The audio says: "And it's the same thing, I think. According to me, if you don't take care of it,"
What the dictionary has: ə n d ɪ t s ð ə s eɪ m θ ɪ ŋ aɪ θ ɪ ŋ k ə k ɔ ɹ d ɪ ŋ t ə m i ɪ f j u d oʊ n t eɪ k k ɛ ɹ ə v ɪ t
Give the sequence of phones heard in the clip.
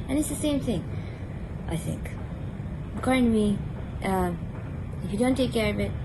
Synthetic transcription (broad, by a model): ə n ɪ t s ð ə s eɪ m θ ɪ ŋ aɪ θ ɪ ŋ k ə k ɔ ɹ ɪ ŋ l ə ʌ ɪ f j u d oʊ n t eɪ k k ɛ ɹ ə v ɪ t